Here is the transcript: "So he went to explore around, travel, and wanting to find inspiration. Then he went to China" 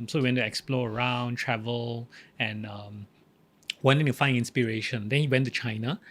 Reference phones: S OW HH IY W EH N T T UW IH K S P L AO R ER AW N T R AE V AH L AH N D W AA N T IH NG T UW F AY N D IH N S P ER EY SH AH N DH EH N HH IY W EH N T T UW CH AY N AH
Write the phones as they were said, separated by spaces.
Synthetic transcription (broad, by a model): S OW HH IY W EH N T T UW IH K S P L AO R ER AW N T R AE V AH L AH N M W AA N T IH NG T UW F AY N IH N S P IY EY SH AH N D EH N HH IY W EH N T T UW CH AY N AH